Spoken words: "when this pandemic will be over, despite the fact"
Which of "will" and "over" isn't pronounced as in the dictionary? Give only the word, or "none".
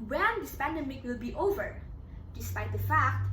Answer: none